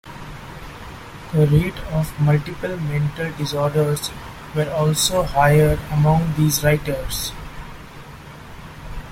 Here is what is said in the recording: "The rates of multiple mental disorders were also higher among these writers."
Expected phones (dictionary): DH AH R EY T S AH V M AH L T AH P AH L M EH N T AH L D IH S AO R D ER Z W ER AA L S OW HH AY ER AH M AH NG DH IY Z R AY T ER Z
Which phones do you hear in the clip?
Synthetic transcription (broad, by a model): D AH R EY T AH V M AH L T AH P AH L M EH N T AH L D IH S AO R D ER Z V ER AA L S OW HH AY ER AH M AH NG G IY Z R AY T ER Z